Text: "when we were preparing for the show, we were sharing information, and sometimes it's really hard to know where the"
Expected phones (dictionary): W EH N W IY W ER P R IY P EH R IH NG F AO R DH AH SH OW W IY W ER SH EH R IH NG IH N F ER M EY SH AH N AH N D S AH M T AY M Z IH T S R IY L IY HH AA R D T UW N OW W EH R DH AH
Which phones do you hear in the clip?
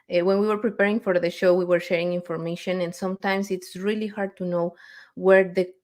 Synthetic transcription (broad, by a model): W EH N W IY W ER P R IY P EH R IH NG F AO R DH AH SH OW W IY W ER SH EH R IH NG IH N F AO M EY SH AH N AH N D S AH M T AY M S IH T S R IY L IY HH AA R D T UW N OW W EH R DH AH